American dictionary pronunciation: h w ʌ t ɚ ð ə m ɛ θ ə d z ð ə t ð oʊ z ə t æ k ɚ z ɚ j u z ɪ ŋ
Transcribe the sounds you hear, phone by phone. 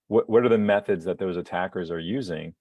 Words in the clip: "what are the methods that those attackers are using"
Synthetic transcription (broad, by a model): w w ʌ t ɚ ð ə m ɛ θ ə d z ð ə t ð oʊ z ə t æ k ɚ z ɚ j u z ɪ ŋ